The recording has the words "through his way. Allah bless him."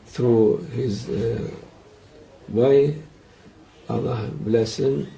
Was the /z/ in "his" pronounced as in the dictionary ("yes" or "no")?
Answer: yes